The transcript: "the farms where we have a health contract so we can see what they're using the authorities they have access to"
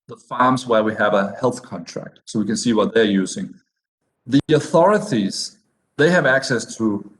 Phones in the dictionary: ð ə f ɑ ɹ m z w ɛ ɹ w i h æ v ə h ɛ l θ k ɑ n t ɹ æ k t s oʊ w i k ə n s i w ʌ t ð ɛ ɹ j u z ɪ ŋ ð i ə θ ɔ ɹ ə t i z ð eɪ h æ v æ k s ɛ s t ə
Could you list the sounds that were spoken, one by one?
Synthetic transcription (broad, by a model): ð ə f ɑ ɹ m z w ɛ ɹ w i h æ v ə h ɛ l θ k ɑ n t ɹ æ k t s oʊ w i k ə n s i w ʌ t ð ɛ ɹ j u z ɪ ŋ ð i ə θ ɔ ɹ ə t i z ð eɪ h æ v æ k s ɛ s t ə